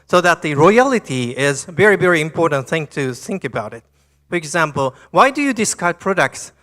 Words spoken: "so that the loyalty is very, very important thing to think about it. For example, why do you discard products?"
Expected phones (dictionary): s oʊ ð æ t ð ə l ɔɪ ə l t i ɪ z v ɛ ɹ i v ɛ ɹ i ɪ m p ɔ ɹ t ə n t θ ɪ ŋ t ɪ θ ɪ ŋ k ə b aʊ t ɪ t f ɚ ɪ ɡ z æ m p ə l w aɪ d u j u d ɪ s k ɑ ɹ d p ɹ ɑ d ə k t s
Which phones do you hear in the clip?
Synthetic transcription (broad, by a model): s oʊ ð æ t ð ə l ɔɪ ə l t i ɪ z v ɛ ɹ i v ɛ ɹ i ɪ m p ɔ ɹ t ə n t θ ɪ ŋ t ɪ θ ɪ ŋ k ə b aʊ t ɪ t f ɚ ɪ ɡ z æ m p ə l w aɪ d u j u d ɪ s k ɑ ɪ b p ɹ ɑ d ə k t s